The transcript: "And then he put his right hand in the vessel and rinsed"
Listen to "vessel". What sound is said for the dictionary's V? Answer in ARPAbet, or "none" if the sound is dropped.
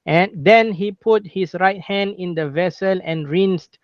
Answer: V